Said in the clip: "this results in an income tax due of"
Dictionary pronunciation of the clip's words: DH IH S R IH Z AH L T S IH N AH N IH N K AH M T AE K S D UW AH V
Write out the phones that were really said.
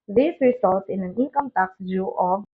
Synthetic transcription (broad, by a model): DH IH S R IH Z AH L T IH N AH N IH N K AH M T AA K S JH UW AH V